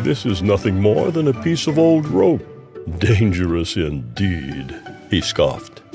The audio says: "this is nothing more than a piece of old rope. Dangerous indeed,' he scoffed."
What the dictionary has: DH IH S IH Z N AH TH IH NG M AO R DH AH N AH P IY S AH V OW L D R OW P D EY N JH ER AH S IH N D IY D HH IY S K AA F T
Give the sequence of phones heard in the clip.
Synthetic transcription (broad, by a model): DH IH S IH Z N AH TH IH NG M AO R DH AH N AH P IY S AH V OW L D R OW P D EY N JH ER AH S IH N D IY D HH IY S K AA F T